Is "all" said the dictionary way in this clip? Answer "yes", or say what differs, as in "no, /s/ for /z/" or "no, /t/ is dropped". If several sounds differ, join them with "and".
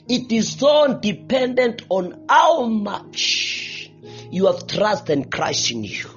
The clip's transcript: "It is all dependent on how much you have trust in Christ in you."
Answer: no, /n/ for /l/